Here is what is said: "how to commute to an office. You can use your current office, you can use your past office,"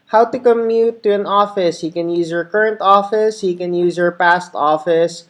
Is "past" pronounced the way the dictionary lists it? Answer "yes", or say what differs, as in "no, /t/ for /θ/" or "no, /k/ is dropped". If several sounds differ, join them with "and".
yes